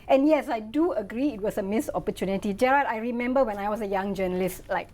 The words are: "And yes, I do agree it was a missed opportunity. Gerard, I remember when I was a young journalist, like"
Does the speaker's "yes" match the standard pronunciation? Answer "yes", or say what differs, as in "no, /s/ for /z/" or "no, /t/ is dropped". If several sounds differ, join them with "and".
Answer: yes